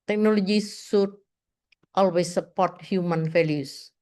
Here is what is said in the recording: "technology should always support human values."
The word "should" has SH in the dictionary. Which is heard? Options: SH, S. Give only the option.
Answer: S